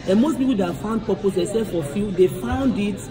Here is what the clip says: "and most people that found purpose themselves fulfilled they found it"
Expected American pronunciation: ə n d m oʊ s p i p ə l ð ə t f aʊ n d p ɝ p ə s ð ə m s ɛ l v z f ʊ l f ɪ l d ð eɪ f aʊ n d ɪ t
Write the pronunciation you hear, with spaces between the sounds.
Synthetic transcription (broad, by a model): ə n m oʊ s p i p ə l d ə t f aʊ n d p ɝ p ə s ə s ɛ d f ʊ f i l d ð eɪ f aʊ n d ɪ t